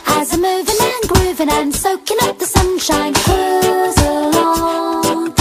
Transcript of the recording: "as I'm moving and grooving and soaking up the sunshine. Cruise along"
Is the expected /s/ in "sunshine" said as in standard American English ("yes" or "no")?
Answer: yes